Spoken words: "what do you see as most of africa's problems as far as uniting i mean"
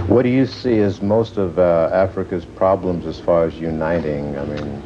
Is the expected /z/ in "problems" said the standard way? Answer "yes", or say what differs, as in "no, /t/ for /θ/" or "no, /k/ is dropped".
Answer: yes